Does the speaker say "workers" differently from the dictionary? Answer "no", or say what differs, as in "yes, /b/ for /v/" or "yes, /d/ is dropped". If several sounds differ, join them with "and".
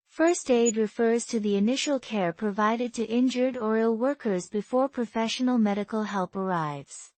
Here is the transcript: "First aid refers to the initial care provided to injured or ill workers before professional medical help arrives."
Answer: no